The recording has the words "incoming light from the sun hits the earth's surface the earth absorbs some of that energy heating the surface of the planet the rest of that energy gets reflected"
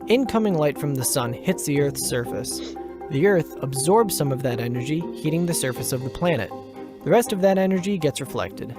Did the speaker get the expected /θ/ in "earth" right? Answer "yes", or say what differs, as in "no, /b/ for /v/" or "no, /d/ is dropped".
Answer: yes